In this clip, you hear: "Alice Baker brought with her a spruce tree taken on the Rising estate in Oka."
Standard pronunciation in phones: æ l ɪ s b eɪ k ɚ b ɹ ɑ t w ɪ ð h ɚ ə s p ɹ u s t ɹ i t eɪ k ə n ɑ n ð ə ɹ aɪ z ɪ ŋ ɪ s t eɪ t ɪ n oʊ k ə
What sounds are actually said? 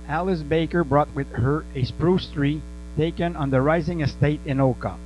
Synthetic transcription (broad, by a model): æ l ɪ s b eɪ k ɚ b ɹ ɑ t w ɪ ð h ɚ ə s p ɹ u s t ɹ i t eɪ k ə n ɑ n ð ə ɹ aɪ z ɪ ŋ ɪ s t eɪ t ɪ n oʊ k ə